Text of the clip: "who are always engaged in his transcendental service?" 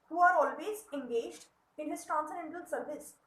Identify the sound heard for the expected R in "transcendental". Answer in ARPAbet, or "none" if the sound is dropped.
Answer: none